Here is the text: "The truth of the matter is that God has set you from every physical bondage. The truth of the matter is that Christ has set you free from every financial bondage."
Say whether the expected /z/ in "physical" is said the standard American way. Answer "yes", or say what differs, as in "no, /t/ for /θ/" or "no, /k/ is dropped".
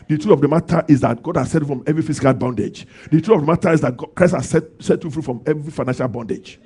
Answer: no, /s/ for /z/